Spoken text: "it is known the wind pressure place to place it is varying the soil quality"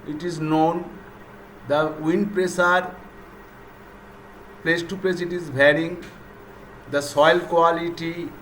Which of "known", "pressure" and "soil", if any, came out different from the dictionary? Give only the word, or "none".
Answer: pressure